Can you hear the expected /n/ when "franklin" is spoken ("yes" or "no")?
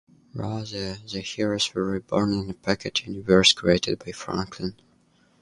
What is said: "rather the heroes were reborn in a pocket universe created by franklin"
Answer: yes